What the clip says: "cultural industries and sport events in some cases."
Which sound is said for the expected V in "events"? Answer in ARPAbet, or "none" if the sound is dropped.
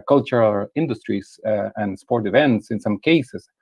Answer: V